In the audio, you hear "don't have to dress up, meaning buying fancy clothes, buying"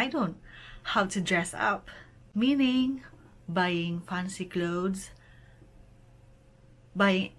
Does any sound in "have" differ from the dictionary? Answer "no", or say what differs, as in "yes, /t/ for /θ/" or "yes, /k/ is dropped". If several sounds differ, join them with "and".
yes, /w/ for /v/